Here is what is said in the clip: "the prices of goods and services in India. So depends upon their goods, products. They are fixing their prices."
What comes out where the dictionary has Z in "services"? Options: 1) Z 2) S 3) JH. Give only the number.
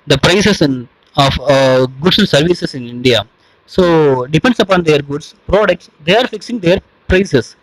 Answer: 2